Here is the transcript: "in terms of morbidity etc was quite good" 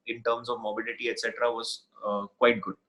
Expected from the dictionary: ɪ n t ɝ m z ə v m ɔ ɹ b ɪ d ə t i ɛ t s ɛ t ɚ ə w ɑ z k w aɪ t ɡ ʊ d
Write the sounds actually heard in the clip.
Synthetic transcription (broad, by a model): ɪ n t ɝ m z ə v m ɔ b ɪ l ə t i ɛ t s ɛ t ɚ ə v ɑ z k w aɪ t ɡ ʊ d